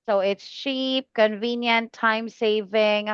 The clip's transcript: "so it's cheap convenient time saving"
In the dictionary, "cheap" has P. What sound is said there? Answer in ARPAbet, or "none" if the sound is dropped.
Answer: P